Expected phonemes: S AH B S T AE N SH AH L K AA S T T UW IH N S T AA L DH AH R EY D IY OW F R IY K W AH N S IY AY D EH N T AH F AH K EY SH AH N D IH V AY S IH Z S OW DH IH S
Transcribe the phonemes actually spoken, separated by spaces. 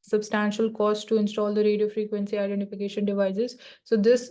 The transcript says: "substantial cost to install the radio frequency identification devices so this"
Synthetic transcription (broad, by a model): S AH B S T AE N SH AH L K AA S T T UW IH N S T AA L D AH R EY D IY OW F R IY K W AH N S IY AY D EH N T AH F AH K EY SH AH N D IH V AY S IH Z S OW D IH S